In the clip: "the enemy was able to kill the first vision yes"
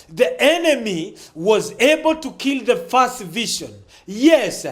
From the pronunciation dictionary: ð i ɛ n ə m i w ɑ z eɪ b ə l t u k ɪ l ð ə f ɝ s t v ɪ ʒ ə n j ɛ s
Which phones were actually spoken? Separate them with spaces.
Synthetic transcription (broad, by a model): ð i ɛ n ə m i w ɑ z eɪ b ə l t u k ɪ l ð ə f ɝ s t v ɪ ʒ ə n j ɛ s